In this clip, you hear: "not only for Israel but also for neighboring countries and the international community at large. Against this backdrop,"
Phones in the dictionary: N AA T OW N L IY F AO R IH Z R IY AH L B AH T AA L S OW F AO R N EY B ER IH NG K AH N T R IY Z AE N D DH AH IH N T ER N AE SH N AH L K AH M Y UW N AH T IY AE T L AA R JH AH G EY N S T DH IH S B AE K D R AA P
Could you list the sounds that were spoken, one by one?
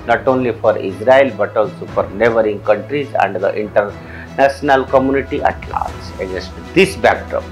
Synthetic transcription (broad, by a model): N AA T OW N L IY F AO R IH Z R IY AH L B AH T AA L S OW F AO R N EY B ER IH NG K AH N T R IY Z AE N D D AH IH N T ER N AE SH N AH L K AH M Y UW N AH T IY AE T L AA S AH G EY S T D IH S B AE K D R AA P